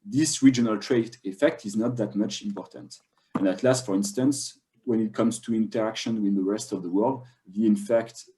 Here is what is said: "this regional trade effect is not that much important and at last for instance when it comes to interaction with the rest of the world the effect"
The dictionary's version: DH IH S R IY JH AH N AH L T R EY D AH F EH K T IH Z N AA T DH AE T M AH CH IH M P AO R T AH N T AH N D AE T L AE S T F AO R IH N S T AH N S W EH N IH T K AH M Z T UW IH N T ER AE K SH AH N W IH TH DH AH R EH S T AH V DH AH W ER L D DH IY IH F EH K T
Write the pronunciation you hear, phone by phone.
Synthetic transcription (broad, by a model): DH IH S R IY JH AH N AH L T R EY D AH F EH K T IH Z N AA T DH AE T M AH CH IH M P AO R T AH N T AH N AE T L AE S T F AO R IH N S T AH N S W EH N IH T K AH M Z T UW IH N T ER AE K SH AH N W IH DH AH R EH S T AH V DH AH W ER L D DH IY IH F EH K T